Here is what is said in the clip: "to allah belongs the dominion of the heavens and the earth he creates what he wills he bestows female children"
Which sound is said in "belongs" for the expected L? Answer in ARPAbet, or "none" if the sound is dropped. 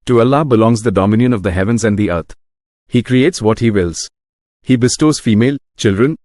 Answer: L